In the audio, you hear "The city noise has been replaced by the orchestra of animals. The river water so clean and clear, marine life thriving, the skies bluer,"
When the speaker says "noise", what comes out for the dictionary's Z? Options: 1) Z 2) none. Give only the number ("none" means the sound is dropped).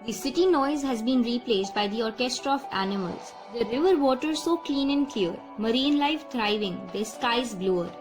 1